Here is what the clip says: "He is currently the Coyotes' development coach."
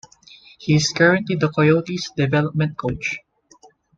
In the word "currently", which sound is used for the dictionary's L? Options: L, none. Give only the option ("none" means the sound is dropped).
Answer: none